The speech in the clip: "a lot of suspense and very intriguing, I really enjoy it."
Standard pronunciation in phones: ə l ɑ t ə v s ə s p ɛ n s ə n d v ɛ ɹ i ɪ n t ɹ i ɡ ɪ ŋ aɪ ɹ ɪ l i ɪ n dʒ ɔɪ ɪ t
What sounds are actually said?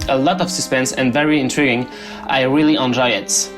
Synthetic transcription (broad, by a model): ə l ɑ t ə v s ə s p ɛ n s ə n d v ɛ ɹ i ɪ n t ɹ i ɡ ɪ ŋ aɪ ɹ ɪ l i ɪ n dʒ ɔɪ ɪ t